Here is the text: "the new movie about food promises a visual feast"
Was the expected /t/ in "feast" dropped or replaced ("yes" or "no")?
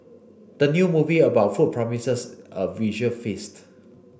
no